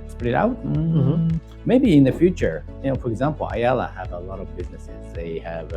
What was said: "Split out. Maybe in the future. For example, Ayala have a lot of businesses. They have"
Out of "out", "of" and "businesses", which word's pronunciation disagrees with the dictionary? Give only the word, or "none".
none